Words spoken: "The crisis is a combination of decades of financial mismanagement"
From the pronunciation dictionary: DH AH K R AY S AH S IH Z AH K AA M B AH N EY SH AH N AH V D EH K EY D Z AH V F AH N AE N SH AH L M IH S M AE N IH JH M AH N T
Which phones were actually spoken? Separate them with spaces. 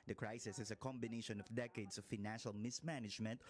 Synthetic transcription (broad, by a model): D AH K R AY S AH S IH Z AH K AA M B AH N EY SH AH N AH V D EH K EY D S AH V F AH N AE N SH AH L M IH S M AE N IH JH M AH N T